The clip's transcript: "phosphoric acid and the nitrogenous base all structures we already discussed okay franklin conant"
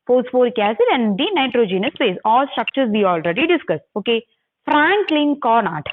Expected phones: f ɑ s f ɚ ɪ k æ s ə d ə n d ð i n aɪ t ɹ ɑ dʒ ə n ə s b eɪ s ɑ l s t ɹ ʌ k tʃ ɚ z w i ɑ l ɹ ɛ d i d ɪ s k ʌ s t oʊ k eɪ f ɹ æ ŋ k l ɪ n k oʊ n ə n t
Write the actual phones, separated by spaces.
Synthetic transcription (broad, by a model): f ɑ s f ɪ k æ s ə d ə n d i n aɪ t ɹ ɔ dʒ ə n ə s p eɪ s ɑ l s t ɹ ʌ k tʃ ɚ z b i ɑ l ɹ ɛ d i d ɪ s k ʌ s oʊ k eɪ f ɹ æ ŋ k l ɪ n k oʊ n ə t